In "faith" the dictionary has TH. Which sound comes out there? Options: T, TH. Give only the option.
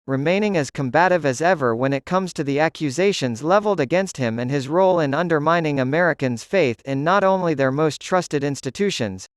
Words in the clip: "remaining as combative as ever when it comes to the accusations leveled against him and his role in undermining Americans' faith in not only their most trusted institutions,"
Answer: TH